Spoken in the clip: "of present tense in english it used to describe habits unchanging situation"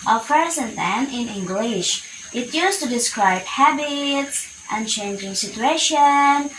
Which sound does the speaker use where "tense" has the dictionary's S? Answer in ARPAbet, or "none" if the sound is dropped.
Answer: none